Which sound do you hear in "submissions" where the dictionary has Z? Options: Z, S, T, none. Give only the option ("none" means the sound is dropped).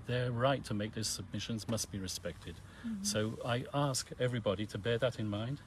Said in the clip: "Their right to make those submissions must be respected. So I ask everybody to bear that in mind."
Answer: Z